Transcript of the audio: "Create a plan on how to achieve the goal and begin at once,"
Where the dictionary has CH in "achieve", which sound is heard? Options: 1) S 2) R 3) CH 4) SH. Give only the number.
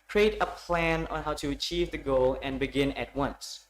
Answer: 3